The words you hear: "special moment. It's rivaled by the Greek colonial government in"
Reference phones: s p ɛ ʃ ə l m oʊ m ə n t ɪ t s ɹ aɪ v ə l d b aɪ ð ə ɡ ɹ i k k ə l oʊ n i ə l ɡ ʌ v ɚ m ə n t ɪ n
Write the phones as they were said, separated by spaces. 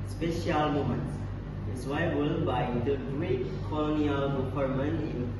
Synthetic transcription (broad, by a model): s p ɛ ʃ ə l m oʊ m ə n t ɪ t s w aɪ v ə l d b aɪ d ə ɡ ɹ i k k ə l oʊ n i ə l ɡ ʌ p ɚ m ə n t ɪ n